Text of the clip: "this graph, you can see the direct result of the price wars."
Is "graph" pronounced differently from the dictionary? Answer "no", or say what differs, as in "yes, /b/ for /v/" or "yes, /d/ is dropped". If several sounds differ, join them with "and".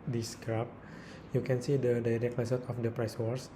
yes, /p/ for /f/